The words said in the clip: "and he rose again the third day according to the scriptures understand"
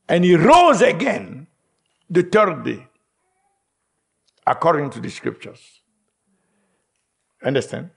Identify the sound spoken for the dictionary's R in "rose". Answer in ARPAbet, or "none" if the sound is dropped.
R